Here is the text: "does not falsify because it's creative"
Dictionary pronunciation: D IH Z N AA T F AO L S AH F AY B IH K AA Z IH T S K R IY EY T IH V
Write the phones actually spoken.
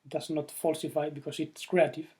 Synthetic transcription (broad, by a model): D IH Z N AA T F AO L S AH F AY B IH K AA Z IH T S K R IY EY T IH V